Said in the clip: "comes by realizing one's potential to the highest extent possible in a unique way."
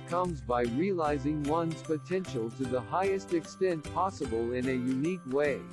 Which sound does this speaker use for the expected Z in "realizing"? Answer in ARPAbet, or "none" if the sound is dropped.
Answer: Z